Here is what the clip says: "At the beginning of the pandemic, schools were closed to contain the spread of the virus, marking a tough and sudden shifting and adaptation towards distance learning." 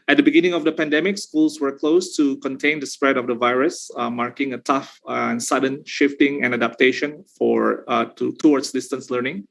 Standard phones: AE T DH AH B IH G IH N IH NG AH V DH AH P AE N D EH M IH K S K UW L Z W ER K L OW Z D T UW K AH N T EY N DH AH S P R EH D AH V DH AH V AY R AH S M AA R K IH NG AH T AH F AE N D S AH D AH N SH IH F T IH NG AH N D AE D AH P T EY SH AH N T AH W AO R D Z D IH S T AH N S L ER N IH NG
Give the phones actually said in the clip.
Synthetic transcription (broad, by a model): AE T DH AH B IH G IH N IH NG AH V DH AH P AE N D EH M IH K S K UW L S W ER K L OW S T UW K AH N T EY N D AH S P R EH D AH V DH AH V AY R AH S M AA R K IH NG AH T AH F N S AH D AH N SH IH F T IH NG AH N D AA D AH P T EY SH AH N T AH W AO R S D IH S T AH N S L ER N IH NG